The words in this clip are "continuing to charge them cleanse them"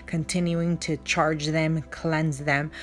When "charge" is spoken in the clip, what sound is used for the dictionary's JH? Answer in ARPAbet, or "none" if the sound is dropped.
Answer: JH